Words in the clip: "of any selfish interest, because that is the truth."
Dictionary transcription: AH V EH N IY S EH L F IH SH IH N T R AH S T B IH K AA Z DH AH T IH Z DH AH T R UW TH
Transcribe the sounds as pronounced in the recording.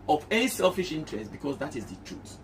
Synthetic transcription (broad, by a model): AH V EH N IY S EH L F IH SH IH N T R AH S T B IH K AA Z DH AH T IH Z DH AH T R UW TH